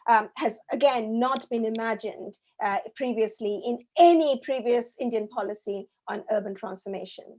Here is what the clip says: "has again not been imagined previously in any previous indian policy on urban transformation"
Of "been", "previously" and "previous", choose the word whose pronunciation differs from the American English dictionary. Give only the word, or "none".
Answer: none